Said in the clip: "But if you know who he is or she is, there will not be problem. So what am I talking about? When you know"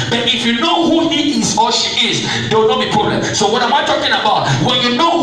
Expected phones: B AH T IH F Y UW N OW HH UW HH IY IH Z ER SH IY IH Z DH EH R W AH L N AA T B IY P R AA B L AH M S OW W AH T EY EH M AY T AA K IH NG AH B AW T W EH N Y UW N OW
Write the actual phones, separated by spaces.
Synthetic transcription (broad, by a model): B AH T IH F Y UW N OW HH UW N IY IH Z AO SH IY IH Z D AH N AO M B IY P UW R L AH S OW W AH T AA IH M AY T AA K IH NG AH B AW T W EH N Y UW N OW